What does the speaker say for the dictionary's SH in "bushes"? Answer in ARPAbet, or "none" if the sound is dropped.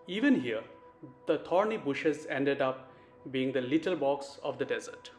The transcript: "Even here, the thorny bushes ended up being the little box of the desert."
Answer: SH